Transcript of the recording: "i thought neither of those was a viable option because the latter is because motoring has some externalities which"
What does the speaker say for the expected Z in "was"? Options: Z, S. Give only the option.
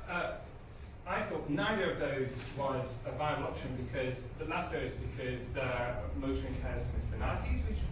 Z